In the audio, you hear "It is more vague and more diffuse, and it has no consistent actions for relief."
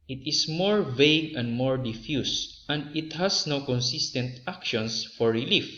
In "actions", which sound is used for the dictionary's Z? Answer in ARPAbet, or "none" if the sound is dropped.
S